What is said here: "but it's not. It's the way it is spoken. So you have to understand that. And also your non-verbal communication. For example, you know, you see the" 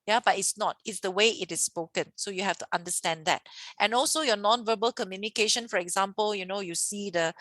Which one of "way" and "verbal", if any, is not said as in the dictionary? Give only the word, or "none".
none